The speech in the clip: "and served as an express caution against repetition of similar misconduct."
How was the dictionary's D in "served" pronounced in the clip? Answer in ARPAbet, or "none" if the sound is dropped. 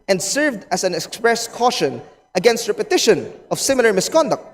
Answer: D